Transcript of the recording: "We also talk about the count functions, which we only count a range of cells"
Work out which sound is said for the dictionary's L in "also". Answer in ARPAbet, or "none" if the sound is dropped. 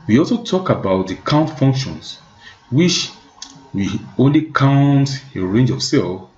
L